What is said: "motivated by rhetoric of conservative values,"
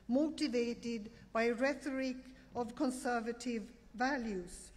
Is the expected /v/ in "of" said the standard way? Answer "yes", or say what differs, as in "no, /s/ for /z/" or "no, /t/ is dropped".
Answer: yes